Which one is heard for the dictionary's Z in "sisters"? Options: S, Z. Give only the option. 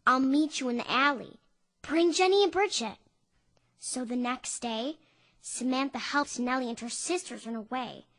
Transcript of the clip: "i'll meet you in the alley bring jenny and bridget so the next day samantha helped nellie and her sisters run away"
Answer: Z